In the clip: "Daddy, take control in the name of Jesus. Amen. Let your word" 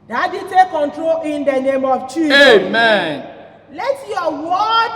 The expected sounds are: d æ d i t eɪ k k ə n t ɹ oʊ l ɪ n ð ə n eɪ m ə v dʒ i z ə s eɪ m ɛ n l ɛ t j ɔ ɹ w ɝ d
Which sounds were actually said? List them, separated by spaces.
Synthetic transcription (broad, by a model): d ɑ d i t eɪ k k ə n t ɹ oʊ l ɪ n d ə n eɪ m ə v tʃ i eɪ m ɛ n l ɛ t j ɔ w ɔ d